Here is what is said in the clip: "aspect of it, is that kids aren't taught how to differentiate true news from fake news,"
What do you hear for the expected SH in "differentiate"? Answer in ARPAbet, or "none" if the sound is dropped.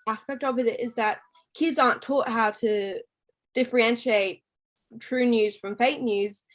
SH